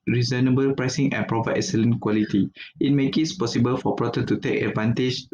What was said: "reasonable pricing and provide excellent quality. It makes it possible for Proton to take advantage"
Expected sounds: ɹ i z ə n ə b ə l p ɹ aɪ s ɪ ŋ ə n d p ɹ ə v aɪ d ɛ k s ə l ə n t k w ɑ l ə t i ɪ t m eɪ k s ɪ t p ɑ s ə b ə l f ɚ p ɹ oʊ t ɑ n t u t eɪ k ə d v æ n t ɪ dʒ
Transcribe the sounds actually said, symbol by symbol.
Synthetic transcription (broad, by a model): ɹ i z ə n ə b ə l p ɹ aɪ s ɪ ŋ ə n p ɹ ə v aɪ ɛ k s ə l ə n k w ɑ l ə t i ɪ t m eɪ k ɪ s p ɑ s ə b ə l f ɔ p ɹ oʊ t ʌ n t u t eɪ k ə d v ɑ n t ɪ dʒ